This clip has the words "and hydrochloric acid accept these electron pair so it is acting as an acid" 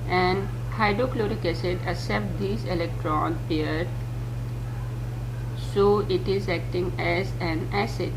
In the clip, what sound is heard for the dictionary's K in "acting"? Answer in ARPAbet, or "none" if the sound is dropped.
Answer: K